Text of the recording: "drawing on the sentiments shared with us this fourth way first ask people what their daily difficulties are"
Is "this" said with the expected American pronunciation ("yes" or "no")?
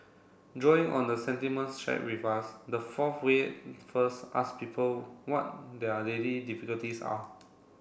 no